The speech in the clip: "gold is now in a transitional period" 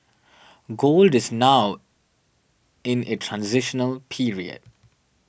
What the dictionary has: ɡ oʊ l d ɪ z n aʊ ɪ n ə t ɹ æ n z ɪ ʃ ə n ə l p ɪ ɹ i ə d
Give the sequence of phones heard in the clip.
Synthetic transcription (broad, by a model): ɡ oʊ l d ɪ z n aʊ ɪ n ə t ɹ æ n z ɪ ʃ ə n ə l p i ɹ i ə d